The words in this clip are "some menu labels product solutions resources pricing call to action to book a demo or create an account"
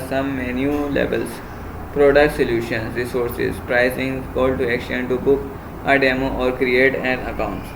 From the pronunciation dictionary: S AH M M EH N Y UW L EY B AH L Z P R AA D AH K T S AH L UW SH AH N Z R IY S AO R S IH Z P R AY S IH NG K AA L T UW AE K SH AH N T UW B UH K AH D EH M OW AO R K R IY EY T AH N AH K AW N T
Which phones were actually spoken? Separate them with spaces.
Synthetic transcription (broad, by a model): S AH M M EH N Y UW L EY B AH L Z P R AA D AH K T S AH L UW SH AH N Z R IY S AO R S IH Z P R AY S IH NG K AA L T UW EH K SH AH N T UW B UH K AH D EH M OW AO R K R IY EY T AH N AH K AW N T